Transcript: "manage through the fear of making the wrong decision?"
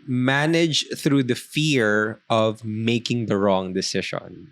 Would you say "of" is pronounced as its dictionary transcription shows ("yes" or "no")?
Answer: yes